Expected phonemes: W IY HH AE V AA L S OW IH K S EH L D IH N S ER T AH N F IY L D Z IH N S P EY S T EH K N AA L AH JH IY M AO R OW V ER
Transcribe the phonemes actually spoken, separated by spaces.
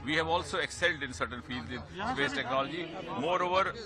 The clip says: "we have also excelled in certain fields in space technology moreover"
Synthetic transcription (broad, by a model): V IY HH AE V AA L S OW IH K S EH L D IH N S ER T AH N F IY L D Z IH N S P EY S T EH K N AA L AH JH IY M AO R OW V ER